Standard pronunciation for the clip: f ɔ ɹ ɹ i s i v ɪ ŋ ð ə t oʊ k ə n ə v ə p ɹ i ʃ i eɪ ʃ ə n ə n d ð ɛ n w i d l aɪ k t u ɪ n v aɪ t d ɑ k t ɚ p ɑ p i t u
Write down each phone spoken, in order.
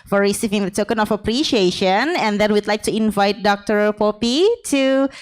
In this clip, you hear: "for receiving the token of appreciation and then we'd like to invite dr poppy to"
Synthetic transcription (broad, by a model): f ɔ ɹ ɹ i s i v ɪ ŋ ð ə t oʊ k ə n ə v ə p ɹ i ʃ i eɪ ʃ ə n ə n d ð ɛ n w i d l aɪ k t u ɪ n v aɪ t d ɑ k t ɚ p ɑ p i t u